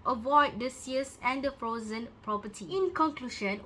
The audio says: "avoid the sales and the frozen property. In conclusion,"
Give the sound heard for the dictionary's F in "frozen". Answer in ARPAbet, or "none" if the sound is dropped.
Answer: F